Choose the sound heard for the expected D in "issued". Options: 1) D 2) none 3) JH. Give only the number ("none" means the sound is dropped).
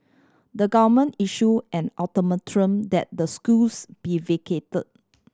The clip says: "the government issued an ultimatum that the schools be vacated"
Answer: 2